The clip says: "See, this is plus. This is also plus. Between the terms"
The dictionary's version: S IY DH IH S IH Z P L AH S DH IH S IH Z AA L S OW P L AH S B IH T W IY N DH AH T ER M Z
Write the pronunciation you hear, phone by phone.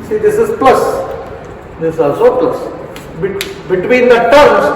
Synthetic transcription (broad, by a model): S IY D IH S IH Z P L AH S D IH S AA S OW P L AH S B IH T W IY N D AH T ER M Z